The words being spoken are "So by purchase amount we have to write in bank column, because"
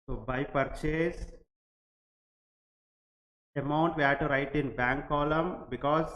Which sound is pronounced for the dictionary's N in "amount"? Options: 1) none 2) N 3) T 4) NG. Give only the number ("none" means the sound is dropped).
2